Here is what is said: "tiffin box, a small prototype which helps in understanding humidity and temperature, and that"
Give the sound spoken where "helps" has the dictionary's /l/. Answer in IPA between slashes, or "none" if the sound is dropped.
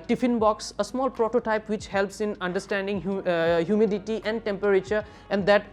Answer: /l/